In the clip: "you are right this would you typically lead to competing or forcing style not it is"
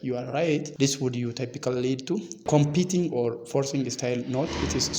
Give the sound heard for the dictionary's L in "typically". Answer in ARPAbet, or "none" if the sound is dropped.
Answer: none